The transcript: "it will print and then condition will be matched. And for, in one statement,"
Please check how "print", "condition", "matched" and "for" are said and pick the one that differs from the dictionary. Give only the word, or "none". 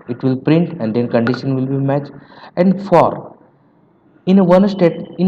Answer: matched